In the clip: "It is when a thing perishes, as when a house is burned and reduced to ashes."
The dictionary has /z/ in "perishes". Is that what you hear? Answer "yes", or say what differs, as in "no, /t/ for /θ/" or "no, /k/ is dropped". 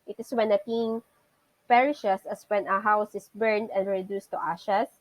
no, /s/ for /z/